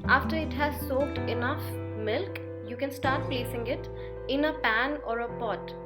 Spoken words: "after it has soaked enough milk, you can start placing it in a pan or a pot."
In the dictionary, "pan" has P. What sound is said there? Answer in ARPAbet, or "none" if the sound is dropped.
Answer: P